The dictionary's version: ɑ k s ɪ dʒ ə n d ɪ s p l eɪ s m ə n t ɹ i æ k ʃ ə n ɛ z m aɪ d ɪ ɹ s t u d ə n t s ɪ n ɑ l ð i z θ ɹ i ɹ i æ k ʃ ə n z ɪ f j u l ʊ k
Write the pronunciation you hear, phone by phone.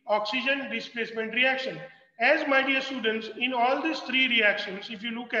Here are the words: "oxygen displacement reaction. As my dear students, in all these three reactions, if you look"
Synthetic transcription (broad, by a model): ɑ k s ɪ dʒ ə n d ɪ s p l eɪ s m ə n t ɹ i æ k ʃ ə n ɛ z m aɪ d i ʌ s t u d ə n t s ɪ n ɑ l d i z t ɹ i ɹ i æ k ʃ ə n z ɪ f j u l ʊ k